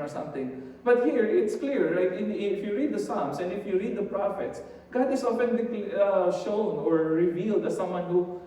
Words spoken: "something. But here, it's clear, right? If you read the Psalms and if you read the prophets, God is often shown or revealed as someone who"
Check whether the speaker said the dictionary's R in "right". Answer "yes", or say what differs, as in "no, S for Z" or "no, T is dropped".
no, L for R